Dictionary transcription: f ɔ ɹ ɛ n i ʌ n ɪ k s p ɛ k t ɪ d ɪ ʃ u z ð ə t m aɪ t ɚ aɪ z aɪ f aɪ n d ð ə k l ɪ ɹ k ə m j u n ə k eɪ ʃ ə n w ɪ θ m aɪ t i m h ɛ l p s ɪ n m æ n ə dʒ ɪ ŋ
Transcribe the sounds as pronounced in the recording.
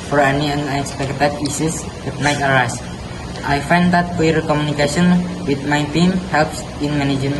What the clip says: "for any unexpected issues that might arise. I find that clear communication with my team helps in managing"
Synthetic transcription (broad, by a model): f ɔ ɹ ɛ n i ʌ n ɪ k s p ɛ k t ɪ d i s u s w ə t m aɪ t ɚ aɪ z aɪ f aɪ n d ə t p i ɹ k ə m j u n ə k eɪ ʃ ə n w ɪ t m aɪ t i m h ɛ l p s ɪ n m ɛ n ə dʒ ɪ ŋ